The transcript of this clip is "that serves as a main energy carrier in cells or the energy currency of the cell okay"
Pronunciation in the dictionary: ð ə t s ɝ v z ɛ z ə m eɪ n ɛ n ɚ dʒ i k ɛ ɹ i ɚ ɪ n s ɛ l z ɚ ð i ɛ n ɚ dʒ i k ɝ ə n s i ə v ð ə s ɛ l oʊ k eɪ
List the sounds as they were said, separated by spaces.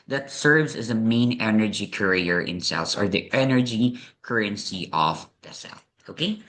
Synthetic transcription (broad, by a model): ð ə t s ɝ v z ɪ z ə m eɪ n ɛ n ɚ dʒ i k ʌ ɹ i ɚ ɪ n s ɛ l s ɚ ð i ɛ n ɚ dʒ i k ɝ ə n s i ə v ð ə s ɛ l oʊ k eɪ